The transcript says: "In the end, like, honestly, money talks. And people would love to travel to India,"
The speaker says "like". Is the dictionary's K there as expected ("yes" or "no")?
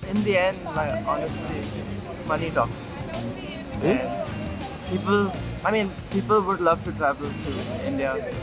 no